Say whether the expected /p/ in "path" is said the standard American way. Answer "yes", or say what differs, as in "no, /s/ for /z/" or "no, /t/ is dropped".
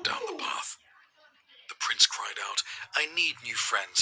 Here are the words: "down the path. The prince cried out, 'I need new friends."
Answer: yes